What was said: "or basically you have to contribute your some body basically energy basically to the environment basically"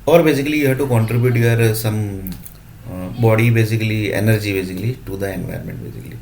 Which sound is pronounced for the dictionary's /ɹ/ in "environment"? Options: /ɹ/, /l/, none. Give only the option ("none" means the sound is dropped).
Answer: none